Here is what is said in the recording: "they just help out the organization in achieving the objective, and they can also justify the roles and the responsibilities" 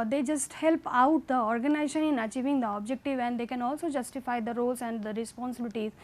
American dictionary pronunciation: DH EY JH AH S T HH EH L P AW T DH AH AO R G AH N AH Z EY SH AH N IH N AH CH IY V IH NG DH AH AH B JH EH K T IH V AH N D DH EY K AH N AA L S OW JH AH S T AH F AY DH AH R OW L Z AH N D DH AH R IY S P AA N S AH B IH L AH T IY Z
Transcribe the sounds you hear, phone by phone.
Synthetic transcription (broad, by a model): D EY JH AH S T HH EH L P AW T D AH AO R G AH N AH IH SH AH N IH N AH CH IY V IH NG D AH AH B JH EH K T IH V AH N D EY K AH N AA L S OW JH AH S T AH F AY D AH R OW L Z AH N D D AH R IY S P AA N S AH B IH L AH T IY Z